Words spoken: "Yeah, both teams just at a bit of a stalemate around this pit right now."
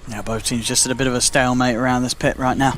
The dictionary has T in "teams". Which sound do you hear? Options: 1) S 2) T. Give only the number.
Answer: 1